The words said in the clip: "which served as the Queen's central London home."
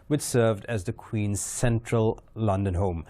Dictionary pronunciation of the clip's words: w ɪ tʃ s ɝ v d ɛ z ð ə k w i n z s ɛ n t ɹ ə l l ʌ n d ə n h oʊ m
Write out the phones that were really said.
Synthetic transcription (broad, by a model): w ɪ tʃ s ɝ v d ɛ z ð ə k w i n z s ɛ n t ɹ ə l l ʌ n d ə n h oʊ m